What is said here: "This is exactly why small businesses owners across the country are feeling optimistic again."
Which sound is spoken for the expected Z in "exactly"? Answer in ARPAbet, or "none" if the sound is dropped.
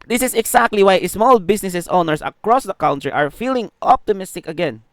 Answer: S